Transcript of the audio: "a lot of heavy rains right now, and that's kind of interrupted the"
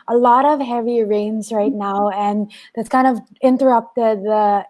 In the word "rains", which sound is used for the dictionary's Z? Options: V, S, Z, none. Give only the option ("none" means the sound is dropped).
Z